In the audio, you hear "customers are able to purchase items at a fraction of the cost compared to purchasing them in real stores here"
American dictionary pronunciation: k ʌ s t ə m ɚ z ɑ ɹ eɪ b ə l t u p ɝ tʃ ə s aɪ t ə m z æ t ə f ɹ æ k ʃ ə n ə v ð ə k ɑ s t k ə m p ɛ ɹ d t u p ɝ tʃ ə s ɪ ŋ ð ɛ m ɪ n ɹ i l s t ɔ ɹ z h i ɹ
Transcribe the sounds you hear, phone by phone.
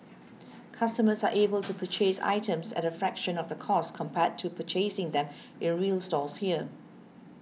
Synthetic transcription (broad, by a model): k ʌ s t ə m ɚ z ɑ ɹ eɪ b ə l t u p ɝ tʃ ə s aɪ t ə m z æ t ə f ɹ æ k ʃ ə n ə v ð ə k ɑ s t k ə m p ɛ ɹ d t u p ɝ tʃ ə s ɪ ŋ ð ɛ m ɪ n ɹ i l s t ɔ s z h i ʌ